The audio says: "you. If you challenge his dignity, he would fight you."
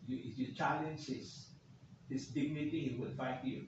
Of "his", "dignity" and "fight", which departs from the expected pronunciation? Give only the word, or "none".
his